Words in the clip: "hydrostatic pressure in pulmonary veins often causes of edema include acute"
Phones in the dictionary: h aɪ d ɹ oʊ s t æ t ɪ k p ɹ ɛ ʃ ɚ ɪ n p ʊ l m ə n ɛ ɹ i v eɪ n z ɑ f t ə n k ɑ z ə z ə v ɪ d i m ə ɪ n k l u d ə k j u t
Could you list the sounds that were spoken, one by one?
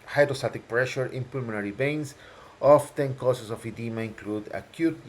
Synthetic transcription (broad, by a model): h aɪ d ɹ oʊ s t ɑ t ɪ k p ɹ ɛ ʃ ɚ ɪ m p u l m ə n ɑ ɹ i b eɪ n s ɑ f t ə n k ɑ s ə s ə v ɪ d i m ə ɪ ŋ k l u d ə k j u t